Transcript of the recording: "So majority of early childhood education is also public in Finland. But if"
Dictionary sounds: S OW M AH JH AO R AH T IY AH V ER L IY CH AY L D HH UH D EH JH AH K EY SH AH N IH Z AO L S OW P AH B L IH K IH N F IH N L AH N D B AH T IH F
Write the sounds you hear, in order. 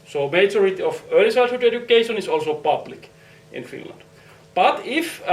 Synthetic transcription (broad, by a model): S OW M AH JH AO R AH T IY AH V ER L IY S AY D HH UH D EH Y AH K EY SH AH N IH S AO L S OW P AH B L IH K IH N F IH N L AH N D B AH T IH F